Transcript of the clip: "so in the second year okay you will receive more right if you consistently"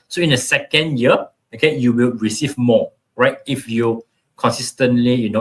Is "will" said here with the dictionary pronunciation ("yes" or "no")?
yes